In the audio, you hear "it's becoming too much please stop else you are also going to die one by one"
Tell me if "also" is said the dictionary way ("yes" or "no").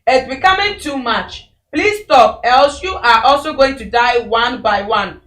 yes